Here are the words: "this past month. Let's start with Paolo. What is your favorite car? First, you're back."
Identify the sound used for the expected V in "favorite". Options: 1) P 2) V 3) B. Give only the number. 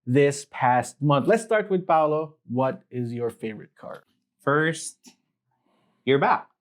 2